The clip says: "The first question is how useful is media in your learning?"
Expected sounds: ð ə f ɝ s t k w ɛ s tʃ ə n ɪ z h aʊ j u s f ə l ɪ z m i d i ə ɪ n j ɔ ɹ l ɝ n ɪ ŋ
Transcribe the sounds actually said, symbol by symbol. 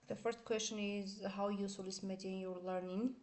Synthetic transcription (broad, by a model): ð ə f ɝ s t k w ɛ s tʃ ə n ɪ z h aʊ j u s ə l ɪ s m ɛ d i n j ɔ ɹ l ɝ n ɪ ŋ